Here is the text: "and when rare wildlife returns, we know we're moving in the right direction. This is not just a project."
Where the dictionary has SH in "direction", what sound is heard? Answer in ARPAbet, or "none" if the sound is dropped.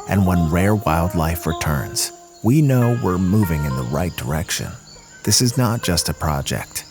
SH